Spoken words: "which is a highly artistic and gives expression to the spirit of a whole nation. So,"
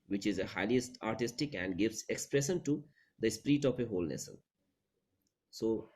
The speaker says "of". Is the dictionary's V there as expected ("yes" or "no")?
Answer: no